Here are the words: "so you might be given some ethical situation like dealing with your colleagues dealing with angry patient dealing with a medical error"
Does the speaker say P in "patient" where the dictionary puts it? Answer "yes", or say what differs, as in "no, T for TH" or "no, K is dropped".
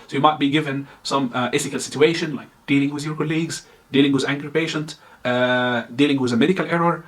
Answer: yes